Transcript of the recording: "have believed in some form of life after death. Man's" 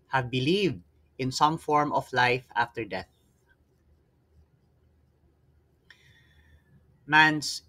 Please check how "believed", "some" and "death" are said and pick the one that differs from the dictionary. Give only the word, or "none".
none